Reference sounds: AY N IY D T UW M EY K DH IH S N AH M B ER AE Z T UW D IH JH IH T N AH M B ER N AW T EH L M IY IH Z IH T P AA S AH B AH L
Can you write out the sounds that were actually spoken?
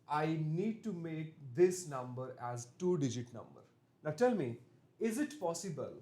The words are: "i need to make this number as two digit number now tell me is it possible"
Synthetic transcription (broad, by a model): AY N IY D T UW M EY K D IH S N AH M B ER AE Z T UW D IH JH IH T N AH M B ER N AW T EH L M IY IH Z IH T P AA S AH B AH L